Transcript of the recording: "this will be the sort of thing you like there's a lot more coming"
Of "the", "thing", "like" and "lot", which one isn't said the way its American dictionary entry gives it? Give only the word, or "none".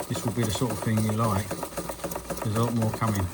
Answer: none